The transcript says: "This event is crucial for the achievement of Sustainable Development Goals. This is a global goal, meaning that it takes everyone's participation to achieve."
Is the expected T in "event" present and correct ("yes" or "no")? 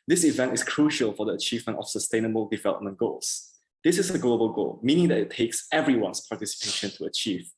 yes